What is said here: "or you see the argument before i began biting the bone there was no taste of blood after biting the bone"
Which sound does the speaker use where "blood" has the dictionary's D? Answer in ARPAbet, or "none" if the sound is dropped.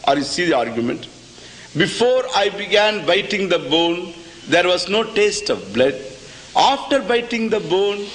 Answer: D